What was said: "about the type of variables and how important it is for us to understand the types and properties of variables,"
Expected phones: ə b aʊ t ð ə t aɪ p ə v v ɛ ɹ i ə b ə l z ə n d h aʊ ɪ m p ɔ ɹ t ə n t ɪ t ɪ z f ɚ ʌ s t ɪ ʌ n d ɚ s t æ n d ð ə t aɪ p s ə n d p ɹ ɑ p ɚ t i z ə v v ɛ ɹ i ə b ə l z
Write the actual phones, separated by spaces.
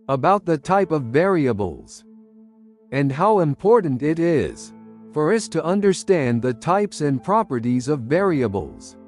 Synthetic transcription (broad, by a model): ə b aʊ t ð ə t aɪ p ə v v ɛ ɹ i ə b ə l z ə n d h aʊ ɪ m p ɔ ɹ t n t ɪ t ɪ z f ɚ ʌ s t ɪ ʌ n d ɚ s t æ n ð ə t aɪ p s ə n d p ɹ ɑ p ɚ t i z ə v v ɛ ɹ i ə b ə l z